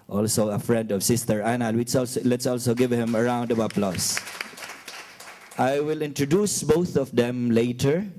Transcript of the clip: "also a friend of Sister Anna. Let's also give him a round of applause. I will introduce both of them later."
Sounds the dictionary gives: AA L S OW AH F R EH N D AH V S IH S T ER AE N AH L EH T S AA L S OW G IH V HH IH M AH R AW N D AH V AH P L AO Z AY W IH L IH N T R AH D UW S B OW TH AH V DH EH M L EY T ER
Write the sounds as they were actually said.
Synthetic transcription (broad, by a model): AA L S OW AH F R EH N D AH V S IH S T ER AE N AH L EH T S AA L S OW G IH V HH IH M AH R AW N D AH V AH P L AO S AY W IH L IH N T R AH D UW S B OW TH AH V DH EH M L EY T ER